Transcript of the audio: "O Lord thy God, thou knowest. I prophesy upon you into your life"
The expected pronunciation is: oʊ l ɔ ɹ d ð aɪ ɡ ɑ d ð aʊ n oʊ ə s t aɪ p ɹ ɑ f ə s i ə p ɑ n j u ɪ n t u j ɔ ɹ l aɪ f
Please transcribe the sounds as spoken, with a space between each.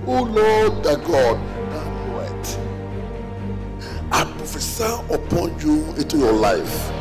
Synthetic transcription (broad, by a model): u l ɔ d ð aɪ ɡ ɑ d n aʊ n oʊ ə t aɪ p ɹ ɑ f ə s i ə p ɑ n j u ɪ n t u j ɔ l aɪ f